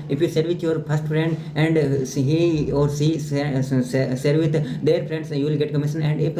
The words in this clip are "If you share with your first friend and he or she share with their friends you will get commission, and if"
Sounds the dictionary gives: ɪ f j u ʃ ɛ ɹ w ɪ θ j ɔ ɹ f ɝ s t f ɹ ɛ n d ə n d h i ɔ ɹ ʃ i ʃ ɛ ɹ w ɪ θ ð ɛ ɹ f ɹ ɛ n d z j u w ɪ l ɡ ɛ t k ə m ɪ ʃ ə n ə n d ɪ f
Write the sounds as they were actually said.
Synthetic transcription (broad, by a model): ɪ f j u s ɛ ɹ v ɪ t j ɔ ɹ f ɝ s t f ɹ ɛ n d ə n d h i ɔ ɹ s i s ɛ ɹ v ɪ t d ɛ ɹ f ɹ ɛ n d s j u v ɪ l ɡ ɛ t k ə m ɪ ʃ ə n ə n d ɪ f